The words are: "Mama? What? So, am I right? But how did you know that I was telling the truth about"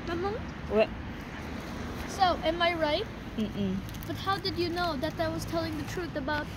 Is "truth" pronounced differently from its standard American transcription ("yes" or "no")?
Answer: no